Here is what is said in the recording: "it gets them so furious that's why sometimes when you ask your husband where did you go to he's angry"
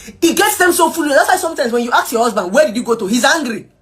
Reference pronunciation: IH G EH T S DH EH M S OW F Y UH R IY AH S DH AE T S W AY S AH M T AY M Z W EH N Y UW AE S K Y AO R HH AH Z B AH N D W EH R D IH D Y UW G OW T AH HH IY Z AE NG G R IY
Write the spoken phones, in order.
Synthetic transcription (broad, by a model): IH G EH T S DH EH M S OW F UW L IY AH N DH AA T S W AY S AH M T AY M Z W EH N Y UW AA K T Y AO HH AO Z B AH N D W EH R D IH D Y UW G OW T AH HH IY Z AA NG G R IY